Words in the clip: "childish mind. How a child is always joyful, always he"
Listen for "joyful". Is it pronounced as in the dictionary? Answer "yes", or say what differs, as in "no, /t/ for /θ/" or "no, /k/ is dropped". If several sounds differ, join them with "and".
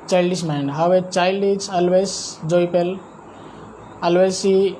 no, /p/ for /f/